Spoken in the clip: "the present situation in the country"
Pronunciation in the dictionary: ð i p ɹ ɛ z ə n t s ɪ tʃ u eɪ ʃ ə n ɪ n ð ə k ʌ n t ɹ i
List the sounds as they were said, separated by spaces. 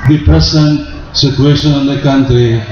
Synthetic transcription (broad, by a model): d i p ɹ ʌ s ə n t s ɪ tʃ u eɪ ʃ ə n ɪ n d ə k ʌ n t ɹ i